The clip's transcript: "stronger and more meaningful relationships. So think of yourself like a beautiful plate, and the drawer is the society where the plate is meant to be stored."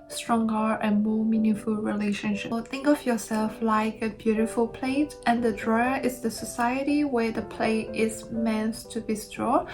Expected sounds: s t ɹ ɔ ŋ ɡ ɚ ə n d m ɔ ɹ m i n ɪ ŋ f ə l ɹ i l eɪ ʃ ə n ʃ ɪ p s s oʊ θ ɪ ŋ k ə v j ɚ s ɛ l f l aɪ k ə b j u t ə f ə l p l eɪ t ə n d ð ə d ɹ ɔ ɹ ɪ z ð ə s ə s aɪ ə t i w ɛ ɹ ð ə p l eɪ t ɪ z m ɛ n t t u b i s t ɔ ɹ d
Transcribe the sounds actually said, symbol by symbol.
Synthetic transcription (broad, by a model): s t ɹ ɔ ŋ ɡ ɚ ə n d m ɔ ɹ m i n ɪ ŋ f ə l ɹ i l eɪ ʃ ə n ʃ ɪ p θ ɪ ŋ k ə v j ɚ s ɛ l f l aɪ k ə b j u t ə f ə l p l eɪ t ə n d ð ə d ɹ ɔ ɹ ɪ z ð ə s ə s aɪ ə t i w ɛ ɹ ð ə p l eɪ t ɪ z m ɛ n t t u b i s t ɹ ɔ